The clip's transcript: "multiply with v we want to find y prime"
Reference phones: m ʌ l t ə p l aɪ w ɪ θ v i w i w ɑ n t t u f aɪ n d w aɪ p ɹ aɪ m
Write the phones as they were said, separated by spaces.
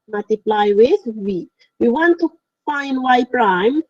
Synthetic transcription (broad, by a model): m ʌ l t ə p l aɪ w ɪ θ w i w i w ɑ n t t u f aɪ n d w aɪ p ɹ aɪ m